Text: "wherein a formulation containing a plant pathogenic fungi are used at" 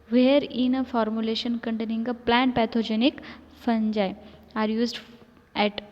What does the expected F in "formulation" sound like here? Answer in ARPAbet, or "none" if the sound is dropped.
F